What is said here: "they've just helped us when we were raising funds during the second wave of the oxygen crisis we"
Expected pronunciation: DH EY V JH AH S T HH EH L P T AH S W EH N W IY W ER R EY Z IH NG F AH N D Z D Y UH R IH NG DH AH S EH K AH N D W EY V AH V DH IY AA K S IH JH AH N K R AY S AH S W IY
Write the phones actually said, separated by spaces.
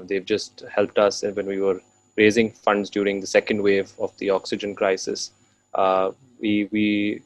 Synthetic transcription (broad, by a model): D EY V JH AH S T HH EH L P T AH S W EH N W IY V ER R EY Z IH NG F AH N D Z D Y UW R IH NG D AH S EH K AH N D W EY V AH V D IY AA K S IH JH AH N K R AY S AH S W IY